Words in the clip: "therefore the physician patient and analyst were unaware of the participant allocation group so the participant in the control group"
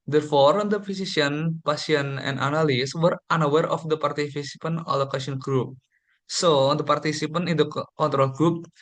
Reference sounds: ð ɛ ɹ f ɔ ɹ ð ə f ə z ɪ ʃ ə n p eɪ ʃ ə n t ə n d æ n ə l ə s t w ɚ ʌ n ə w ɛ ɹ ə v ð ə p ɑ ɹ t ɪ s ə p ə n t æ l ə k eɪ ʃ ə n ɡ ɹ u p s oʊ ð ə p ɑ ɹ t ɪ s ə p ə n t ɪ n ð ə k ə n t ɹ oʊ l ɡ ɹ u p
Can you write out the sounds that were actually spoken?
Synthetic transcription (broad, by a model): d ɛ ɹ f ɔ ɹ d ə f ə s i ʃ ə n p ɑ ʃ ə n ə n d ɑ n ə l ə s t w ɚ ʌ n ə w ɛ ɹ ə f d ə p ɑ ɹ t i s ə p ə n ɔ l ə k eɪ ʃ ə n ɡ ɹ u p s oʊ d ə p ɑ ɹ t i s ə p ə n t ɪ n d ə k ə n t ɹ oʊ l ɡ ɹ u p